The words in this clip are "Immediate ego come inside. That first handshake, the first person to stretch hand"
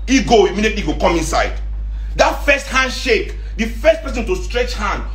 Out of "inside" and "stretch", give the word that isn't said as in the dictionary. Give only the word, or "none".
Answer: none